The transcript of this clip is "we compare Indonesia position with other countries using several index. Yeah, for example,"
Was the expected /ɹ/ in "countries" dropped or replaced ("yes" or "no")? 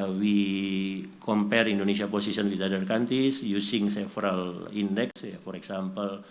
yes